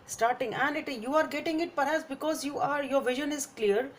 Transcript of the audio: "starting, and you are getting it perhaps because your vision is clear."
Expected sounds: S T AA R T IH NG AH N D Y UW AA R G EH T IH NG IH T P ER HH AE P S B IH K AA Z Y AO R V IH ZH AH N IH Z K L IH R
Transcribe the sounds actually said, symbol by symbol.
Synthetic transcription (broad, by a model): S T AA R T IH NG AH N D Y UW AA R G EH T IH NG IH T P ER HH AE P S B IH K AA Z Y AO R V IH ZH AH N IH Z K L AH R